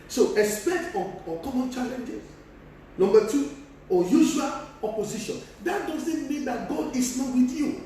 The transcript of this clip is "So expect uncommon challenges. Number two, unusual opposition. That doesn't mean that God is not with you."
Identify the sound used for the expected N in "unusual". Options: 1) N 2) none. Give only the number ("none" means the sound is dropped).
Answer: 2